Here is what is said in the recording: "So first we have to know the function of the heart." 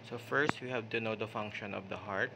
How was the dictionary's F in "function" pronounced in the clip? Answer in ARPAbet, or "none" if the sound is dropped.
F